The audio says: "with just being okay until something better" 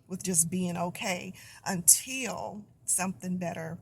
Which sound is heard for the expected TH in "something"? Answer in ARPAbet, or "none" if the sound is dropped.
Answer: TH